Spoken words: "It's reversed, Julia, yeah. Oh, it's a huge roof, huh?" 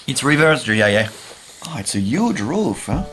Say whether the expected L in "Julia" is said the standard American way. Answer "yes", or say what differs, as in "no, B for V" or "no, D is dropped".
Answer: no, L is dropped